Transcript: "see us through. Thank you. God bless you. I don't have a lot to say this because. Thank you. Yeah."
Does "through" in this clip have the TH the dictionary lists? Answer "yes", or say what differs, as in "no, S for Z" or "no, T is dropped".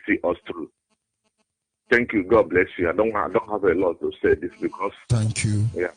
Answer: no, T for TH